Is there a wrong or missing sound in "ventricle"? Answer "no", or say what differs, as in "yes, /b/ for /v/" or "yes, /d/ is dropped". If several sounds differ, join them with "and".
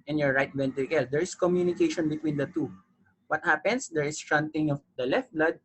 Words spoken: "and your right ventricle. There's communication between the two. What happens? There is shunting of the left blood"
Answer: yes, /ɹ/ is dropped